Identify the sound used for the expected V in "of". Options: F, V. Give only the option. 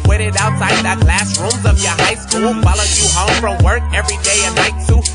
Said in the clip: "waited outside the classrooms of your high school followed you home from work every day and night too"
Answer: V